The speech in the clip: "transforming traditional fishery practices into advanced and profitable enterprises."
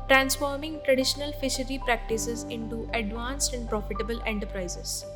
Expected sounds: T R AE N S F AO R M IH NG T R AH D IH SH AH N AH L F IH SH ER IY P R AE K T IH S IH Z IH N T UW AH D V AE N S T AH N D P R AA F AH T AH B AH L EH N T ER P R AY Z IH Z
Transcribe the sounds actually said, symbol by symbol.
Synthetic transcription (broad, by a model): T R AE N S F AO R M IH NG T R AH D IH SH AH N AH L F IH SH ER IY P R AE K T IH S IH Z IH N T UW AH D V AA N S T AH N D P R AA F AH T AH B AH L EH N T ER P R AY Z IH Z